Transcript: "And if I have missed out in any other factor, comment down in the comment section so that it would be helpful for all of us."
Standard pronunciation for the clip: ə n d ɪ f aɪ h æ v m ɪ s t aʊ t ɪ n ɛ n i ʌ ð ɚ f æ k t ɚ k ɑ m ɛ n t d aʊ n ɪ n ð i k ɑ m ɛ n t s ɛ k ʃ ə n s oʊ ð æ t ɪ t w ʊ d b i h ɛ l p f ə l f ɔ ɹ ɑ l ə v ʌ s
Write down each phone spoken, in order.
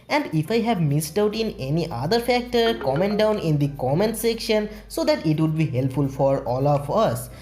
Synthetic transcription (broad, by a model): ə n d ɪ f aɪ h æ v m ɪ s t aʊ t ɪ n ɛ n i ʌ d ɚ f æ k t ɚ k ɑ m ɛ n t d aʊ n ɪ n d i k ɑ m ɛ n s ɛ k ʃ ə n s oʊ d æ t ɪ t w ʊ d b i h ɛ l p f ə l f ɔ ɹ ɑ l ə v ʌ s